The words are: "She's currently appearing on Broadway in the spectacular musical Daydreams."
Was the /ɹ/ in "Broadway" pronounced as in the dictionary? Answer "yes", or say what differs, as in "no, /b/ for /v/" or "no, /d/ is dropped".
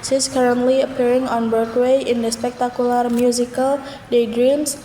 no, /ɹ/ is dropped